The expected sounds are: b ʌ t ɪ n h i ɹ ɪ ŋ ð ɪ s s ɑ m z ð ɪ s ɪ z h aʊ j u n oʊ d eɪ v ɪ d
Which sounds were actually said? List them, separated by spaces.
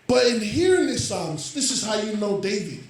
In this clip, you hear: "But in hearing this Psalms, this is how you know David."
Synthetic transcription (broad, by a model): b ʌ t ɪ n h i ɹ ɪ ŋ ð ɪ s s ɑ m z ð ɪ s ɪ z h aʊ j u n oʊ d eɪ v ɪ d